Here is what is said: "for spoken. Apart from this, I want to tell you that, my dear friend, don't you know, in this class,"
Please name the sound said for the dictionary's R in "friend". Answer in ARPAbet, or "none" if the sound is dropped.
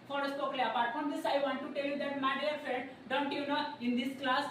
none